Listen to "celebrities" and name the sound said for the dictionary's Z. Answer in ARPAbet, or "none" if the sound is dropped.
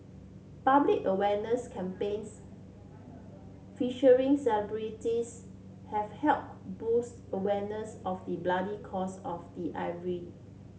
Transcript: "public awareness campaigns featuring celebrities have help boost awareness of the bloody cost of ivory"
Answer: S